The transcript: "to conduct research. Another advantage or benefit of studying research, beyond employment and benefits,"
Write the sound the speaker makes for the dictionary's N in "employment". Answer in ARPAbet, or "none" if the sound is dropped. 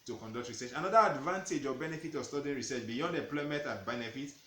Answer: none